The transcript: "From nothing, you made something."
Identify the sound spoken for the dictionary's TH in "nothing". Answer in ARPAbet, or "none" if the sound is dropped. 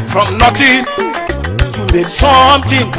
T